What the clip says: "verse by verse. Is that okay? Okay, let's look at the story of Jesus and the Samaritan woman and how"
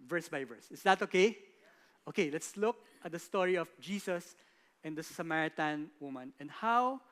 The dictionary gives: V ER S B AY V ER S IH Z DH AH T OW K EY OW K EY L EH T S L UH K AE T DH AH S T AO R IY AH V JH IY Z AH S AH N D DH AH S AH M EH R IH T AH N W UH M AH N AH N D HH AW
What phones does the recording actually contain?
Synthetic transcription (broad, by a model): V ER S B AY V ER S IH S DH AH T OW K EY OW K EY L EH T S L UH K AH T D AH S T AO R IY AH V JH IY S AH S AH N D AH S AH M EH R IH T AH N W UH M AH N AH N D HH AW